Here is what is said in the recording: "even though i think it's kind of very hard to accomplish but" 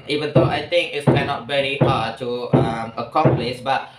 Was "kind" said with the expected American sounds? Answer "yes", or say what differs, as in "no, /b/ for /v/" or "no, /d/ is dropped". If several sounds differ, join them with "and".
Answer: no, /d/ is dropped